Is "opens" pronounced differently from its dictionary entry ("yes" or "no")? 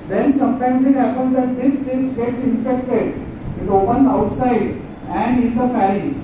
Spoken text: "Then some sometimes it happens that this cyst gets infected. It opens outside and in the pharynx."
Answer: yes